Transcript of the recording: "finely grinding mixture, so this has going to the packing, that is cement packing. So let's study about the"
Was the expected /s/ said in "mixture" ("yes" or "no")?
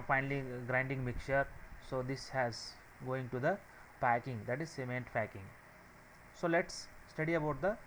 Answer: no